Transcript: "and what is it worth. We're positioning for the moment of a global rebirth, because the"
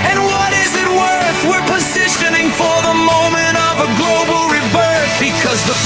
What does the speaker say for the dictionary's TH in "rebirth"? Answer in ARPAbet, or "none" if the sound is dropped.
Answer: S